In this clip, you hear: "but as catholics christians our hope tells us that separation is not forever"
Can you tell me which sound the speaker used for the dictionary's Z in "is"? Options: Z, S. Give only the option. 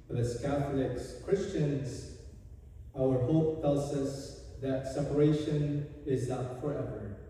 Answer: Z